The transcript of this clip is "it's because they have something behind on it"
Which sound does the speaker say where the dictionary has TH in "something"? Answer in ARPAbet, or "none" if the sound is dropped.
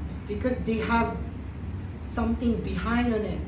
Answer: T